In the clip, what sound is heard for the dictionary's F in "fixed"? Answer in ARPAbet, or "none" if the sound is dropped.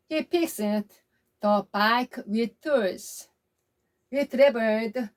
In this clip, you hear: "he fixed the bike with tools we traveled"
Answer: P